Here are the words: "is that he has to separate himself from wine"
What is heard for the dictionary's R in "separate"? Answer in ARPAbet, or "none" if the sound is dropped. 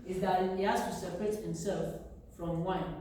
R